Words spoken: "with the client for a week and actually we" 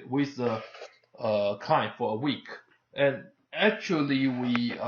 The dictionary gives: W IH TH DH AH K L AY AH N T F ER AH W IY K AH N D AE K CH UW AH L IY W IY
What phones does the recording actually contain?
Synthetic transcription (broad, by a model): W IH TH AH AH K AY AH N F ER AH W IY K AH N AE K CH UW AH L IY W IY